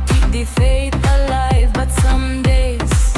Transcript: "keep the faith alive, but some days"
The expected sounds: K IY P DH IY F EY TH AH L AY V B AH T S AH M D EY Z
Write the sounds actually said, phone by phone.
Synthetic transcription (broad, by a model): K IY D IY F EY T AH L AY V B AH T S AH M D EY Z